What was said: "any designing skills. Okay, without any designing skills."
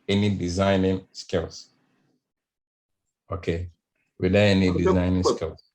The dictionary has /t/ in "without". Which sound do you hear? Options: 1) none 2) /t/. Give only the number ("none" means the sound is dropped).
1